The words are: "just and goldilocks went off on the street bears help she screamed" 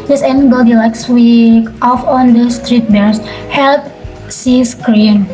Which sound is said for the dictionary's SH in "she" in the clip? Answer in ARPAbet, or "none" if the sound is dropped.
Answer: S